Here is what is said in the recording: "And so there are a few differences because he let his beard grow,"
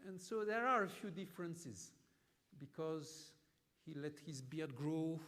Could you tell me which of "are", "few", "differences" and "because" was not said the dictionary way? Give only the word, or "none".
none